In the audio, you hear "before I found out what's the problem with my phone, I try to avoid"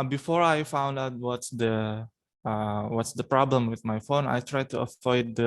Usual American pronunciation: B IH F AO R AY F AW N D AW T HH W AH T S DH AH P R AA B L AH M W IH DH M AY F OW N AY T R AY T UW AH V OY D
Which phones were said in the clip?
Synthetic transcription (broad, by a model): B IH F AO R AY F AW N D AW T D W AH T S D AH P R AA B L AH M W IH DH M AY F OW N AY T R AY T UW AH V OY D